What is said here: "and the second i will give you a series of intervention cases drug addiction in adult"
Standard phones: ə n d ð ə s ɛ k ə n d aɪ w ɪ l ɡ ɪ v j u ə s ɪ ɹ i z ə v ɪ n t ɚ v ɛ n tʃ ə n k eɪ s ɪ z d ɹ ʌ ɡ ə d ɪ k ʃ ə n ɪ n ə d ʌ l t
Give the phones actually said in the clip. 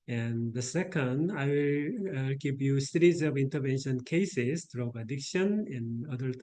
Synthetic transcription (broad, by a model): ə n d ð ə s ɛ k ə n d aɪ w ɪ l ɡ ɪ p j u s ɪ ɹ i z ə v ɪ n t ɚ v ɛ n ʃ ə n k eɪ s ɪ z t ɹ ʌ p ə d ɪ k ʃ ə n ɪ n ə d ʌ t